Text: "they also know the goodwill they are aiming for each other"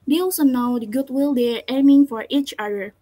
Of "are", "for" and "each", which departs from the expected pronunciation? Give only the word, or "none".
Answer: none